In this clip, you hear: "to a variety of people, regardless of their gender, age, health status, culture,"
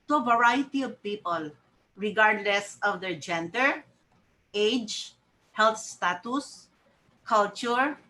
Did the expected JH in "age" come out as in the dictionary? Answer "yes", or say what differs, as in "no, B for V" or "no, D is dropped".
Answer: yes